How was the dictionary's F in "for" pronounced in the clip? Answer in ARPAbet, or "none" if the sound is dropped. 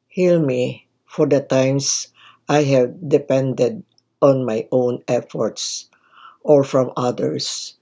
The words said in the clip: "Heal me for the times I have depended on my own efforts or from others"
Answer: F